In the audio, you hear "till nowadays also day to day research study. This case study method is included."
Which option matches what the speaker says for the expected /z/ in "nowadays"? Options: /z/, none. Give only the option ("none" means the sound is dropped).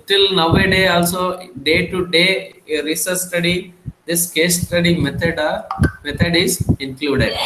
none